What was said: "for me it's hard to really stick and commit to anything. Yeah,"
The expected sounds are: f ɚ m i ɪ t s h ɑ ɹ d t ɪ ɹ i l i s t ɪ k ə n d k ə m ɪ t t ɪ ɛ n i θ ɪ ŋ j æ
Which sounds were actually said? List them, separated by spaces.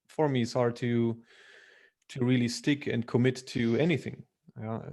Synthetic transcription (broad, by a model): f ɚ m i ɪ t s h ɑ ɹ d t ɪ ɹ i l i s t ɪ k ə n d k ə m ɪ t t ɪ ɛ n i θ ɪ ŋ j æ